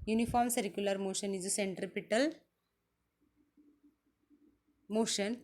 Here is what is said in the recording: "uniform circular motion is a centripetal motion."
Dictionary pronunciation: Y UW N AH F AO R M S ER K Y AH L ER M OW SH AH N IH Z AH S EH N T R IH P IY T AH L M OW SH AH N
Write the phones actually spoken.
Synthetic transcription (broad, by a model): Y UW N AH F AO R M S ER K Y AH L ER M OW SH AH N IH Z AH S EH N T R IH P IY T AH L M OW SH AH N